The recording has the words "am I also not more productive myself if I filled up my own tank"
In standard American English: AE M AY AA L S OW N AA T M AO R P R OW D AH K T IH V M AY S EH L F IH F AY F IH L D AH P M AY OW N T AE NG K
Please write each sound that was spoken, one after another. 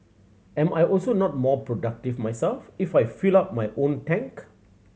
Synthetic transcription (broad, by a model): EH M AY AA L S OW N AA T M AO P R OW D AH K T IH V M AY S EH L F IH F AY F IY L AA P M AY OW N T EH NG K